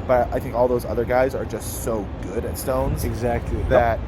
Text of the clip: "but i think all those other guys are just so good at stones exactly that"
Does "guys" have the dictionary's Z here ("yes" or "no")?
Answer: yes